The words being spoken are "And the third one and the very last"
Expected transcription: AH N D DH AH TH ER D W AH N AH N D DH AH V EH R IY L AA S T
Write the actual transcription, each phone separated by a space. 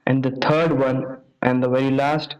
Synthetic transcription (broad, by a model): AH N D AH T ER D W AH N AH N D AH V EH R IY L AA S T